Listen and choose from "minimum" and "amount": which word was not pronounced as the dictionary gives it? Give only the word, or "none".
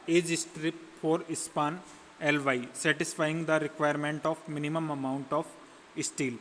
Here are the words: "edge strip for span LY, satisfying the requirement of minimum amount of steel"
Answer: none